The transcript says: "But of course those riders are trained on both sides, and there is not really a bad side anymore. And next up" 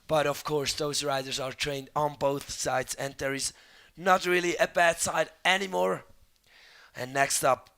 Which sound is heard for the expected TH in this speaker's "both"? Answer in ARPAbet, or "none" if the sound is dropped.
TH